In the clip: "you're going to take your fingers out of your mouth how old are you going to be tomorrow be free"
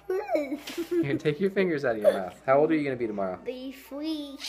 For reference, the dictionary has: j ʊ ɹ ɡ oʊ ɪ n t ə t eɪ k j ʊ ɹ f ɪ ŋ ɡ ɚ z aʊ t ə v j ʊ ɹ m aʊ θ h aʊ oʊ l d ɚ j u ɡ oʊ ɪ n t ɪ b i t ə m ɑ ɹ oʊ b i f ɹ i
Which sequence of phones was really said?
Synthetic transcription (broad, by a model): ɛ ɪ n t ə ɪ k j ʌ ɹ f ɪ ŋ ɡ ɚ z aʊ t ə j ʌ ɹ m aʊ θ h aʊ oʊ l d ɚ j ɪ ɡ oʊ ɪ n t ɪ b i t ə m ɑ ɹ oʊ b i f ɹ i